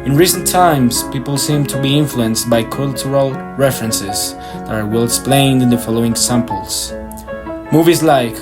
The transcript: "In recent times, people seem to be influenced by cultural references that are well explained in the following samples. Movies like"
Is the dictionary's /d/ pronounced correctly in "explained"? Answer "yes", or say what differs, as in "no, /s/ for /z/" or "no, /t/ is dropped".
yes